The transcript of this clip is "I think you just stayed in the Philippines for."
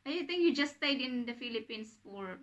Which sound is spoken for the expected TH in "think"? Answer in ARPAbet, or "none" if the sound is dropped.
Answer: T